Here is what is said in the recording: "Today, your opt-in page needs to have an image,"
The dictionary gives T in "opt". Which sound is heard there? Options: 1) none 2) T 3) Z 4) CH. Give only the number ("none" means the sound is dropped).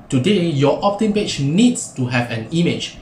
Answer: 2